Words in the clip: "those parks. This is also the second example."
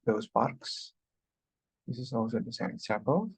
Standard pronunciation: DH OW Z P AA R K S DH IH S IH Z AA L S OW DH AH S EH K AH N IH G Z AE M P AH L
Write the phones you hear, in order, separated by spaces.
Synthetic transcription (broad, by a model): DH OW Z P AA R K S DH IH S IH Z AA L S OW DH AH S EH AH IH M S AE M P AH L